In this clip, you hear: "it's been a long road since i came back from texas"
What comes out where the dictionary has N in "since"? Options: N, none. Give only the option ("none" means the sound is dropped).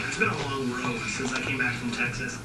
N